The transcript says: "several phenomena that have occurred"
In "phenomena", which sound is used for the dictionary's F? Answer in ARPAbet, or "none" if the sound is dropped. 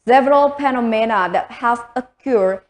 P